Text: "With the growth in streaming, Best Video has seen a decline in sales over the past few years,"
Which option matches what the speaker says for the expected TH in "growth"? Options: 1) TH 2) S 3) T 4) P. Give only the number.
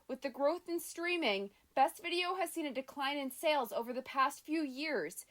1